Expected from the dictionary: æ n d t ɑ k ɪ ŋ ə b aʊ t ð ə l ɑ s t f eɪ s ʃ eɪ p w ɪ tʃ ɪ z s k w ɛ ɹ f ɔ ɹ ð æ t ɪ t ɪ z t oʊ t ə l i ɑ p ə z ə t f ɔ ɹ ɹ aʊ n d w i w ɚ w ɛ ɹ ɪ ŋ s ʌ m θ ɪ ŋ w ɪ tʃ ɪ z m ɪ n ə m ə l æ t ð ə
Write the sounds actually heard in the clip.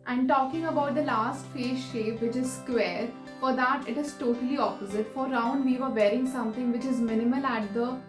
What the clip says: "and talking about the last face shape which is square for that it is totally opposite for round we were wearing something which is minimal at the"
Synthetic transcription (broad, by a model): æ n d t ɑ k ɪ ŋ ə b aʊ t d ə l ɑ s t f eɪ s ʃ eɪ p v ɪ tʃ ɪ z s k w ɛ ɹ f ɔ ɹ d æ t ɪ t ɪ z t oʊ t ə l i ɑ p ə z ə t f ɔ ɹ ɹ aʊ n d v i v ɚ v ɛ ɹ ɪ ŋ s ʌ m t ɪ ŋ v ɪ tʃ ɪ z m ɪ n ə m ə l æ t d ə